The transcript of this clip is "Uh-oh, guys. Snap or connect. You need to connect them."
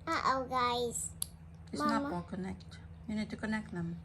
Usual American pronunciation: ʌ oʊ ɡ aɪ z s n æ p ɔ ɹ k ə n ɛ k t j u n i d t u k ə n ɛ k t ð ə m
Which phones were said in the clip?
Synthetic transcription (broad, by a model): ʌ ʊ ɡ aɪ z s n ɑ ɔ l k ə n ɛ k t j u n i d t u k ə n ɛ k t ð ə m